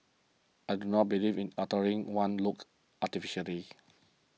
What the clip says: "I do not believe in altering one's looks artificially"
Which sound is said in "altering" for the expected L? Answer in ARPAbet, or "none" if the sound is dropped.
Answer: none